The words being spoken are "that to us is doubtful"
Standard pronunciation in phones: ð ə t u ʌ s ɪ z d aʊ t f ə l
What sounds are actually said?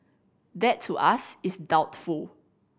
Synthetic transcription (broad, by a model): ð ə t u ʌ s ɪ s d aʊ t f ə l